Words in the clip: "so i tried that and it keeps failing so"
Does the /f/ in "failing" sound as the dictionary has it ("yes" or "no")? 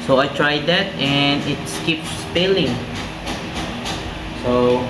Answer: no